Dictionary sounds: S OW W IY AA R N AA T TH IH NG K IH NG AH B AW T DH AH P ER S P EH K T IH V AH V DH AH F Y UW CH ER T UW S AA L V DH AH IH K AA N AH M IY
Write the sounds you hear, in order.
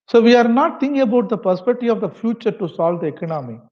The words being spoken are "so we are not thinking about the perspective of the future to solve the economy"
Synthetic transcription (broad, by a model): S OW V IY AA R N AA T T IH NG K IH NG AH B AW T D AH P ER S P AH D T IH AH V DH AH F Y UW CH ER T UW S AA L V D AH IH K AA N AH M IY